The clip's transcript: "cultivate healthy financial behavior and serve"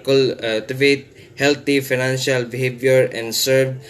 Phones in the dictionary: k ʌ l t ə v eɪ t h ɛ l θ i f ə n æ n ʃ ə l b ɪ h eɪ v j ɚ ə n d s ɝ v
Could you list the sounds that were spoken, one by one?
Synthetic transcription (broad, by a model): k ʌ l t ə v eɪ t h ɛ l t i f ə n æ n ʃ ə l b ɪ h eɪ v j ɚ ə n d s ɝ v